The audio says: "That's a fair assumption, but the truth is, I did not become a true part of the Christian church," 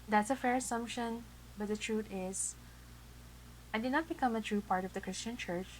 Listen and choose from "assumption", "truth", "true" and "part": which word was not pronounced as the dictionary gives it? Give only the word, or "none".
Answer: truth